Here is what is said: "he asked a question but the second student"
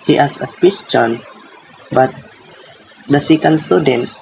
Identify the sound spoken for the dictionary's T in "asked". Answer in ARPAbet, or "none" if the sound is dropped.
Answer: none